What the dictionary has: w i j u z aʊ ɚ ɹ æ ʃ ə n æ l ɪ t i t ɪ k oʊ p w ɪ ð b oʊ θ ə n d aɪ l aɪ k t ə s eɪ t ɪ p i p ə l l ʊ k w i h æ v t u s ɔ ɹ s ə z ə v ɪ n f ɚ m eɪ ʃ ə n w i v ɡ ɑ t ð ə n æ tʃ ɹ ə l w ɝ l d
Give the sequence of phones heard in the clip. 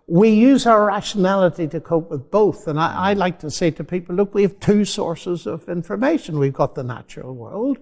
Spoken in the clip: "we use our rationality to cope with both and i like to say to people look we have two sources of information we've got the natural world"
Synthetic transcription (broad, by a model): w i j u z aʊ ɚ ɹ æ ʃ ə n æ l ɪ t i t ɪ k oʊ p w ɪ ð b oʊ θ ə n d aɪ l aɪ k t ə s eɪ t ɪ p i p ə l l ʊ k w i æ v t u s ɔ ɹ s ə z ə v ɪ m f ɚ m eɪ ʃ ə n w i v ɡ ɑ t ð ə n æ tʃ ɹ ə l w ɝ l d